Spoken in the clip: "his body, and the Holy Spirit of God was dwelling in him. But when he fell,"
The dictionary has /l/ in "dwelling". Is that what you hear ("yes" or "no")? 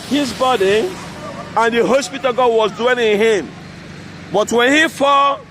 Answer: no